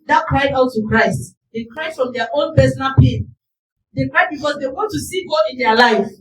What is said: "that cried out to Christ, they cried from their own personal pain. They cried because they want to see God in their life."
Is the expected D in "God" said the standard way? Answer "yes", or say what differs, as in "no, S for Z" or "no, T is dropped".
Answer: no, D is dropped